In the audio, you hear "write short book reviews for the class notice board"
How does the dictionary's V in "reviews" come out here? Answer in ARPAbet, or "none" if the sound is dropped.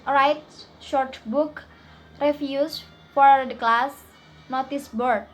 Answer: F